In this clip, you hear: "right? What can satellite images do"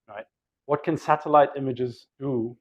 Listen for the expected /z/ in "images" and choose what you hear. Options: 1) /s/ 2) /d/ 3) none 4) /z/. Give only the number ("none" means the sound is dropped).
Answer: 4